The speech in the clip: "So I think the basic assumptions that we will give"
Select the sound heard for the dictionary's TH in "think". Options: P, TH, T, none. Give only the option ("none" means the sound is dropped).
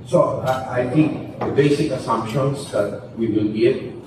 T